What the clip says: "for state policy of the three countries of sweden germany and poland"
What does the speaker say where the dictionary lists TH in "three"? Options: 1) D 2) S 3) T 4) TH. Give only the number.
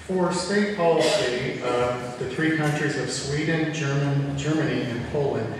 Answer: 4